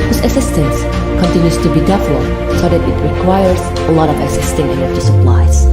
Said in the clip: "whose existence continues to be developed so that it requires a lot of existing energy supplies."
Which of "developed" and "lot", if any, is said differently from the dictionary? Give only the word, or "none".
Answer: developed